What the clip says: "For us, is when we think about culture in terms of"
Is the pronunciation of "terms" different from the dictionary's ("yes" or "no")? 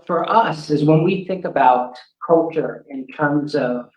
no